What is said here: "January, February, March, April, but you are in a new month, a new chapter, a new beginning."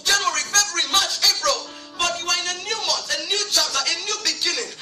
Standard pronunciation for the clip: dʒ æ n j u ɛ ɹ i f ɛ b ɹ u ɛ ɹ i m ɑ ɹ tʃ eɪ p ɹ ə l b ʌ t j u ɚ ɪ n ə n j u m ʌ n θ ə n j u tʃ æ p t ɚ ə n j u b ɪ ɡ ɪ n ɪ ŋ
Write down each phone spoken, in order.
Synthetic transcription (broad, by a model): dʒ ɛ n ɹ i p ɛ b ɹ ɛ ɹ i m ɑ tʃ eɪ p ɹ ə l b ʌ t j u ɚ ɪ n ə n j u m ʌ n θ ə n j u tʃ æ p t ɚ ə n j u b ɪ ɡ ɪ n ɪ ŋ